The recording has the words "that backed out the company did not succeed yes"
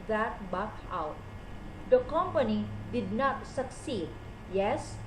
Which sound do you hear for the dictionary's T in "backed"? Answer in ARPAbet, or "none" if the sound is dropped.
none